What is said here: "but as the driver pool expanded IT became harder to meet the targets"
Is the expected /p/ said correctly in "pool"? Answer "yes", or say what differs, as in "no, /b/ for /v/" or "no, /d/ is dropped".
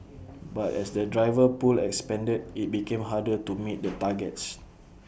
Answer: yes